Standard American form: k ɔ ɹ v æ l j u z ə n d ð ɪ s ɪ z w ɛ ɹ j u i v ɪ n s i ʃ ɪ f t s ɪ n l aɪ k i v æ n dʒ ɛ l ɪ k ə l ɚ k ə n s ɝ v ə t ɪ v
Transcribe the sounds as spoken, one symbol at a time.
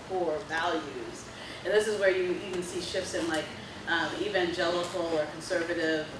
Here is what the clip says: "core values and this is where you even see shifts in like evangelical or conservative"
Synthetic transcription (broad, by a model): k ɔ ɹ v æ l j u z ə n ð ɪ s ɪ z w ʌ ɹ j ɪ i v ɪ n s i ʃ ɪ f s ɪ n l aɪ k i v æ n dʒ ɛ l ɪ k l ɚ k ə n s ɝ v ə t ɪ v